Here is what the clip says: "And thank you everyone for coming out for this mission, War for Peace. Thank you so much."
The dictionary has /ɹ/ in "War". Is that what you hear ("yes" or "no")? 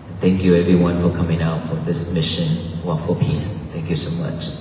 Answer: no